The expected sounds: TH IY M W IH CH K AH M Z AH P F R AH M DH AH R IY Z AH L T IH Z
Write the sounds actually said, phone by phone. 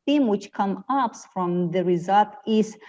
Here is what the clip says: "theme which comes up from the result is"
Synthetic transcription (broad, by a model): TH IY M W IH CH K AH M AH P F R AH M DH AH R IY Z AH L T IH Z